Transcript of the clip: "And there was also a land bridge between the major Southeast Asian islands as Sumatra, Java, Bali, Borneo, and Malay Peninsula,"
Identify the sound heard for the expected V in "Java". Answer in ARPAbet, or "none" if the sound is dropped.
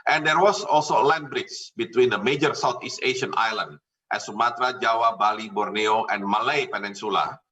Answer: W